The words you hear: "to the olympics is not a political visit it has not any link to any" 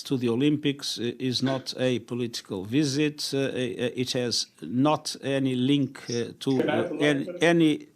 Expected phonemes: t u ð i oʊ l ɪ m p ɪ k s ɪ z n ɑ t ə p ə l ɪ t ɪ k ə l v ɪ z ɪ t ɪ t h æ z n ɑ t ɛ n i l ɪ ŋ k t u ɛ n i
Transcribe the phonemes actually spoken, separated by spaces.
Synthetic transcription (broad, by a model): t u ð i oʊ l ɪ m p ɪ k s ɪ z n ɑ t ə p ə l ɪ t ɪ k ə l v ɪ z ɪ t ɪ t h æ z n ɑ t ɛ n i l ɪ ŋ k t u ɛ n i